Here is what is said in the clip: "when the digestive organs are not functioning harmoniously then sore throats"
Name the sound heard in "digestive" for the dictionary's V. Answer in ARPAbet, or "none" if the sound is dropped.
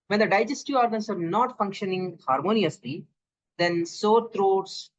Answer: none